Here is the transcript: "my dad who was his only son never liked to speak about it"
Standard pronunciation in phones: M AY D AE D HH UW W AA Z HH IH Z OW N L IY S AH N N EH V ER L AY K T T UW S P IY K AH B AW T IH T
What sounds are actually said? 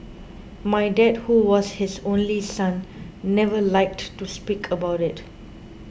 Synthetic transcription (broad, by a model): M AY D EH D HH UW W AA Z HH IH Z OW N L IY S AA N N EH V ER L AY K T T UW S P IY K AH B AW T IH T